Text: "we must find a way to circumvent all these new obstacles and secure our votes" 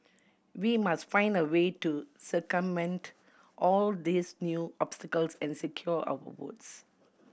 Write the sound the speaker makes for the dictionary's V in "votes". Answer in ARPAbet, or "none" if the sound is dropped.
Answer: W